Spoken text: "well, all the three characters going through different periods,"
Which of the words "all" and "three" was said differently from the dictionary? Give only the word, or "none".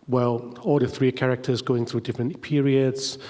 none